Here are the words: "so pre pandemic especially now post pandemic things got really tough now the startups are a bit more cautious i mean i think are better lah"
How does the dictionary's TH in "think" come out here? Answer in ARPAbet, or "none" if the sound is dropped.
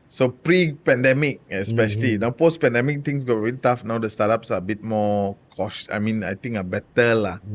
T